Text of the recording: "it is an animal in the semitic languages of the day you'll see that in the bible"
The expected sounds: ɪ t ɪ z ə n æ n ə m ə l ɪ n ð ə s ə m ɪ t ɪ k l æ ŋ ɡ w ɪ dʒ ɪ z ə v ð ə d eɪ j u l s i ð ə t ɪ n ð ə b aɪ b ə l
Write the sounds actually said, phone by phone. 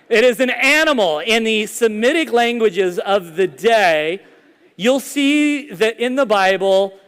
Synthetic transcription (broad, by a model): ɪ t ɪ z ə n æ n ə m l ɪ n ð ə s ə m ɪ t ɪ k l æ ŋ ɡ w ɪ dʒ ɪ z ə v ð ə d eɪ j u l s i ð ə t ɪ n ð ə b aɪ b l